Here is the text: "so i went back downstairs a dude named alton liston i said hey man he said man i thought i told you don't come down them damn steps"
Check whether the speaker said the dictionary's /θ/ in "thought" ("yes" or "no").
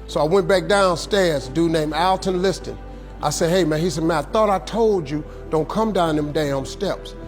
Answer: yes